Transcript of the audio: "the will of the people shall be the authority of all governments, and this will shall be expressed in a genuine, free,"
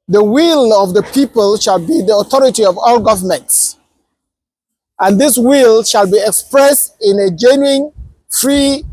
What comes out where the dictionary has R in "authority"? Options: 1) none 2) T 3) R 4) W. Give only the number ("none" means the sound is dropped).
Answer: 3